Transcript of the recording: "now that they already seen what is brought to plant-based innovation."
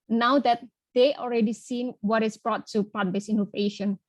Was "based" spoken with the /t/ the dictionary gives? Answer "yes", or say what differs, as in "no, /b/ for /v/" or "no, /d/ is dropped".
no, /t/ is dropped